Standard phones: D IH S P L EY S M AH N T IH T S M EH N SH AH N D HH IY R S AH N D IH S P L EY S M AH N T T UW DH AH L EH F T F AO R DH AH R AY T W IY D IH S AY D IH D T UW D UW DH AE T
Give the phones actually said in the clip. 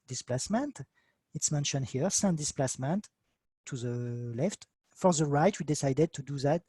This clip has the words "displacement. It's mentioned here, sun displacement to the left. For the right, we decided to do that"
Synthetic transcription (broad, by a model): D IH S P L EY S M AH N T IH T S M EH N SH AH N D HH IY R S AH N D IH S P L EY S M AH N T T UW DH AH L EH F T F AO R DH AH R AY T W IY D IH S AY D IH D T UW D UW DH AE T